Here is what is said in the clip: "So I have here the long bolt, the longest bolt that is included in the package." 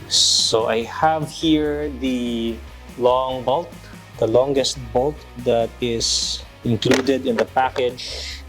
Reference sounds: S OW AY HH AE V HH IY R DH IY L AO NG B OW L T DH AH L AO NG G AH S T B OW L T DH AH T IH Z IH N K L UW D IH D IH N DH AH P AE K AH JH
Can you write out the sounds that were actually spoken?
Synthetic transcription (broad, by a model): S OW AY HH AE V HH IY R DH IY L AO NG B OW L T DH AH L AO NG G AH S T B OW L T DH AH T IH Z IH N K L UW D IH D IH N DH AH P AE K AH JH